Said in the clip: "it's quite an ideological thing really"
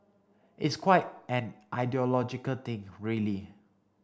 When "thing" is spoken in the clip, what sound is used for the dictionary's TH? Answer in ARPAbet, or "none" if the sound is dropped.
T